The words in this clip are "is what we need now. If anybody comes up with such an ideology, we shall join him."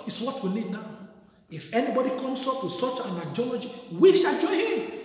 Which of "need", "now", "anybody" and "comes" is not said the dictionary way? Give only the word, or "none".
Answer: comes